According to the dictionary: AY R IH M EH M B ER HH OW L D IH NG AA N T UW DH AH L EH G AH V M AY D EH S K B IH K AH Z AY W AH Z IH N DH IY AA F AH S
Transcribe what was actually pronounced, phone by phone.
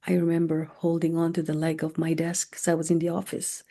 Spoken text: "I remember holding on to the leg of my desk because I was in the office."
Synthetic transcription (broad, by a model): AY R IH M EH M B ER HH OW L D IH NG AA N T UW DH AH L EH G AH V M AY D EH S K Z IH AH W AH Z IH N DH IY AA F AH S